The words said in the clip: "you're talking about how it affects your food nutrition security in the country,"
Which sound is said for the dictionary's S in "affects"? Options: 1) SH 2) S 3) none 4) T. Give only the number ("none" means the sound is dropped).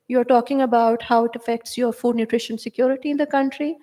2